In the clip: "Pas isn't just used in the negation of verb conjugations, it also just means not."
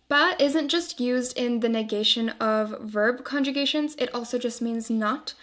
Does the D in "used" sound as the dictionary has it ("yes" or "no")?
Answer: yes